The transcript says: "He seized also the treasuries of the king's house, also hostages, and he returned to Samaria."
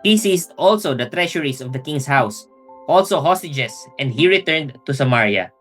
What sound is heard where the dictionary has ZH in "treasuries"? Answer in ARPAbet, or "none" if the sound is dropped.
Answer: SH